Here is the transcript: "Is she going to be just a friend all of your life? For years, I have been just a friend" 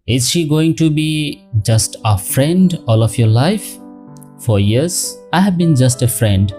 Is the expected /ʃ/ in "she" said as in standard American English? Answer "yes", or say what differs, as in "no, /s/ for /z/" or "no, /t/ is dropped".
yes